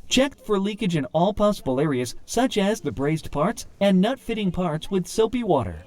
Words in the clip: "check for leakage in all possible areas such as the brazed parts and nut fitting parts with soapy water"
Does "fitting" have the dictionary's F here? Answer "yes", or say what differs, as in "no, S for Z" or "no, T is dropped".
yes